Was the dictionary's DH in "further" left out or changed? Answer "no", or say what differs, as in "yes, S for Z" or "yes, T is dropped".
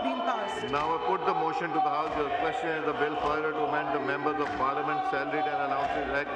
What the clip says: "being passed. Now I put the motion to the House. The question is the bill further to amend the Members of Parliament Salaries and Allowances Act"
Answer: yes, DH is dropped